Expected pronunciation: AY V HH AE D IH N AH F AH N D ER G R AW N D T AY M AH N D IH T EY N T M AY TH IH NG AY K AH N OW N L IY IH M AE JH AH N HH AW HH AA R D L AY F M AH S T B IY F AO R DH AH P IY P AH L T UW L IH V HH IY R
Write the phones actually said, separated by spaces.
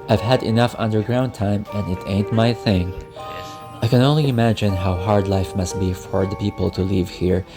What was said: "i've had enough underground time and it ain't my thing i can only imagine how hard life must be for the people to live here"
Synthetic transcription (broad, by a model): AY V HH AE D IH N AH F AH N D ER G R AW N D T AY M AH N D IH T EY N T M AY TH IH NG AY K AH N OW N L IY IH M AE JH AH N HH AW HH AA R D L AY F M AH S T B IY F AO R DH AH P IY P AH L T UW L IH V HH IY R